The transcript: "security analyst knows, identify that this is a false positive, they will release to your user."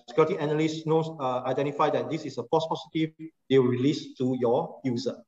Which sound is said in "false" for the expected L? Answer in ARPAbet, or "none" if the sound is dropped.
none